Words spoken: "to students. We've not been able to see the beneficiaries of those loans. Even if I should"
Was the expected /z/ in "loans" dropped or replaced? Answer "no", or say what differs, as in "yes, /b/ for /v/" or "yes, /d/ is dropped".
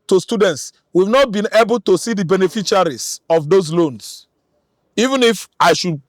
yes, /s/ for /z/